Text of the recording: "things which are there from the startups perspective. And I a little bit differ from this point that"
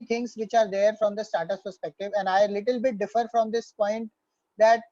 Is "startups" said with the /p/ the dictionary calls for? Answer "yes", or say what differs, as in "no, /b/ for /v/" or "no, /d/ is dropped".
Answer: no, /p/ is dropped